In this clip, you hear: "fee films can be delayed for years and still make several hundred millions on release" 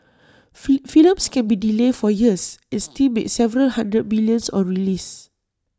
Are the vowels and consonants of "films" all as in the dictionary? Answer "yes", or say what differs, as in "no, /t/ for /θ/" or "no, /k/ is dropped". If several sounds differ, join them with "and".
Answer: no, /l/ is dropped and /s/ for /z/